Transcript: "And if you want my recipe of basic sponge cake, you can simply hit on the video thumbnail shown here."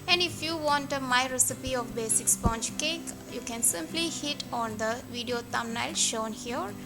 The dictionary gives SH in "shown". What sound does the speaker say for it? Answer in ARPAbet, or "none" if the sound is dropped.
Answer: SH